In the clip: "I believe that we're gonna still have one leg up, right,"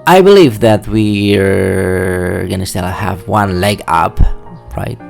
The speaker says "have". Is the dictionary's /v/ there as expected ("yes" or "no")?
yes